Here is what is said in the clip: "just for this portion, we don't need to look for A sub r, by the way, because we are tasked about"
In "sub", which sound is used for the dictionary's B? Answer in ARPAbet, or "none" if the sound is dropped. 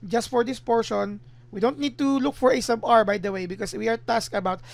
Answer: B